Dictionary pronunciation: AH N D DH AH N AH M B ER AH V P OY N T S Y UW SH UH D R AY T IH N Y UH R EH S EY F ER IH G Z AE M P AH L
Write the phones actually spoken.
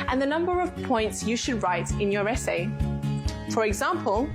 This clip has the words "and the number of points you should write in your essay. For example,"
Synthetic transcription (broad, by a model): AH N DH AH N AH M B ER AH V P OY N T S Y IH SH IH D R AY T IH N Y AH R EH S EY F ER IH G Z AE M P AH L